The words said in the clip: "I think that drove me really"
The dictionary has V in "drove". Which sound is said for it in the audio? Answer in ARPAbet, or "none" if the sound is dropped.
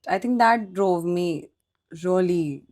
V